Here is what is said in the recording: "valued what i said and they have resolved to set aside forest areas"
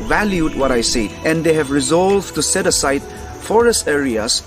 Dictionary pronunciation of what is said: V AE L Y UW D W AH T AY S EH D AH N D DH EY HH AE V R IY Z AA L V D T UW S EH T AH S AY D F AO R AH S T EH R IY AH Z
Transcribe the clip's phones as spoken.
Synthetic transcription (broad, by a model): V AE L Y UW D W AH T AY S EH AH N D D EY HH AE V R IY Z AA L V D T UW S EH T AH S AY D F AO R AH S T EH R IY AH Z